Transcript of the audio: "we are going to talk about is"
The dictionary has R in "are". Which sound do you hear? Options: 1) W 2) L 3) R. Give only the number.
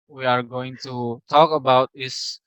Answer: 3